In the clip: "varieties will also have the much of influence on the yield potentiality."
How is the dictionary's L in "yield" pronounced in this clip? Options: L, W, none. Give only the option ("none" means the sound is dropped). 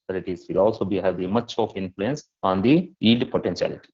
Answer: none